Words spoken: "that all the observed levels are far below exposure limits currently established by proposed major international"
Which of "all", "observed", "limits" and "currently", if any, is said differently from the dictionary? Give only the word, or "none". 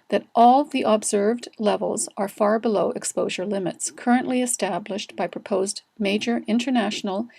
none